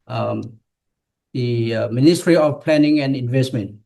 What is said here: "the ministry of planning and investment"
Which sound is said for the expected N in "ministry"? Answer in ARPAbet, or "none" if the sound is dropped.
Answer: N